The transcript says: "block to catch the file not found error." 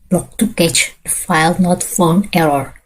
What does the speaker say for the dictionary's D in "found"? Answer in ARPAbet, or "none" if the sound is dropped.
none